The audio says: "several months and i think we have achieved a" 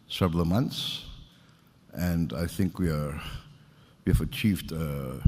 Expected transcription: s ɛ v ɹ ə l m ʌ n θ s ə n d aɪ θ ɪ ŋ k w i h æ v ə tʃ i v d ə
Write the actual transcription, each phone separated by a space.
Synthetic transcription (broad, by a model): s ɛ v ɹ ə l m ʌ n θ s ə n d aɪ θ ɪ ŋ k w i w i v ə tʃ i v d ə